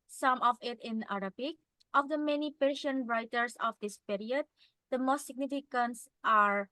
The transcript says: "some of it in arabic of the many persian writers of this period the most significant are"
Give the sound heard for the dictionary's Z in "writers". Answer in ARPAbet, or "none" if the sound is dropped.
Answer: S